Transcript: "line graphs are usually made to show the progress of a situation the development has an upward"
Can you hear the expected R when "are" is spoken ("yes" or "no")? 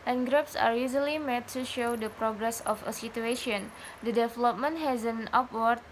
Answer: yes